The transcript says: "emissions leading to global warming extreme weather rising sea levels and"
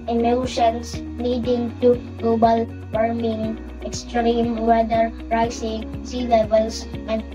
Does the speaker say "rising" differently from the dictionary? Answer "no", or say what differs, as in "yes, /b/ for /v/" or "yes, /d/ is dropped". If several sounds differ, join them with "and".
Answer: yes, /s/ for /z/